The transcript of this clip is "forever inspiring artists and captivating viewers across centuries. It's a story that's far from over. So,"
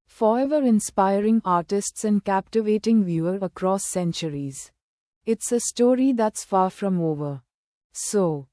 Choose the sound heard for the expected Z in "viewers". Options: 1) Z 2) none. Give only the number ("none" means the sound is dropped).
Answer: 2